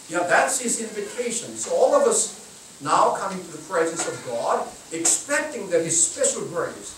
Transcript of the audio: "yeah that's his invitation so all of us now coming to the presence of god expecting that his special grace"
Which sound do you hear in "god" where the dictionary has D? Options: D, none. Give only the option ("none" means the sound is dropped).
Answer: D